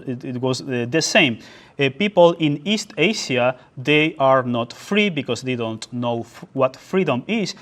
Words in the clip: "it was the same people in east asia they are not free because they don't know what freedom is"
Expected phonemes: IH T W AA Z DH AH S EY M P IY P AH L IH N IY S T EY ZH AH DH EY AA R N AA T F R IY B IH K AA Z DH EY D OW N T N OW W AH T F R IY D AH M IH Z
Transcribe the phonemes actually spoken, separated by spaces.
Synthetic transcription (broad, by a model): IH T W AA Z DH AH S EY M P IY P AH L IH N IY S T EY SH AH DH EY AA R N AA T F R IY B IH K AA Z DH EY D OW N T N OW W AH T F R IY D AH M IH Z